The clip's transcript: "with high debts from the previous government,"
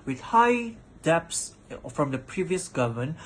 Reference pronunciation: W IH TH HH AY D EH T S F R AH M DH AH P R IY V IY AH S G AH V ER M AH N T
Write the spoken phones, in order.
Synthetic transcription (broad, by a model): W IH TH HH AY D EH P S F R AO M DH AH P R IY V IY AH S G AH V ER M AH N